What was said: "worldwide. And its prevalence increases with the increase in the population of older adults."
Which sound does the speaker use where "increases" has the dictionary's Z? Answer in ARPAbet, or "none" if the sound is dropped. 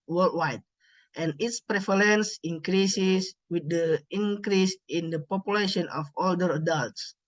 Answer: S